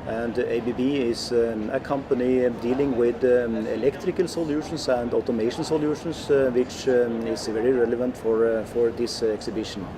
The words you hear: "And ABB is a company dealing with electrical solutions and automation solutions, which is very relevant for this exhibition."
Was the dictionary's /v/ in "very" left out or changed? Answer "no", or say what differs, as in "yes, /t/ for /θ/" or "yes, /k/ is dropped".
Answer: no